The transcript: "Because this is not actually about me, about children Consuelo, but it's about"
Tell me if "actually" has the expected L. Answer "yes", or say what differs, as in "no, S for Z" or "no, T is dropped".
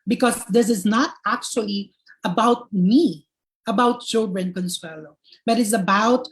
yes